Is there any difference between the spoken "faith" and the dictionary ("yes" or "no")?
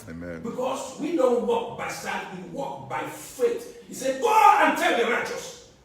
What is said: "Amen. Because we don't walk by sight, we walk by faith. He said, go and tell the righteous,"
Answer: yes